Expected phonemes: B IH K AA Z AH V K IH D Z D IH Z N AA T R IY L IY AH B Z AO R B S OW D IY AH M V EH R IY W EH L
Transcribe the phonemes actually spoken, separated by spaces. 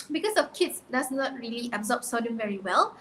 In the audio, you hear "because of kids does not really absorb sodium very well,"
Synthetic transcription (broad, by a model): B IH K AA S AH F K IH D S D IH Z N AA T R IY L IY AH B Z AO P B S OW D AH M V EH R IY W EH L